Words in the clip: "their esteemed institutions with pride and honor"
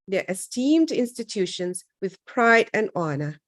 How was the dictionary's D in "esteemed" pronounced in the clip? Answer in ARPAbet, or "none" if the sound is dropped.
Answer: D